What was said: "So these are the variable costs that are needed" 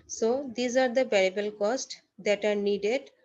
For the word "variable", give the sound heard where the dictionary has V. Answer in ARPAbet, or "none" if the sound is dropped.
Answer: B